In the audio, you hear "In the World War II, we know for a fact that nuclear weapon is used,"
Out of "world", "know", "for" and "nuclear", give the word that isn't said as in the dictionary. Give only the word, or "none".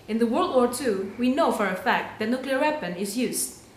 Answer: none